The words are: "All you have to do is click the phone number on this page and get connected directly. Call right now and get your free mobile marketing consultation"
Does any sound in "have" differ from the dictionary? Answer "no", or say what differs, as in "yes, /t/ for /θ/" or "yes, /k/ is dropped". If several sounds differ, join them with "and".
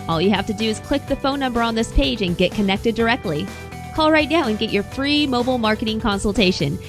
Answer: yes, /f/ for /v/